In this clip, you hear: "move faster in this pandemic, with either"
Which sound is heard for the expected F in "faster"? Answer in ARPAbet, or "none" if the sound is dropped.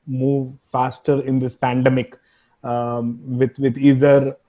F